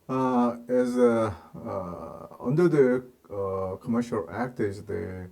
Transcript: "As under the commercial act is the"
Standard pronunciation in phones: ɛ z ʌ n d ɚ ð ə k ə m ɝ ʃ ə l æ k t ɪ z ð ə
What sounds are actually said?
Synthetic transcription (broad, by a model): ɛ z ʌ n d ɚ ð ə k ə m ɝ ʃ ə l æ k t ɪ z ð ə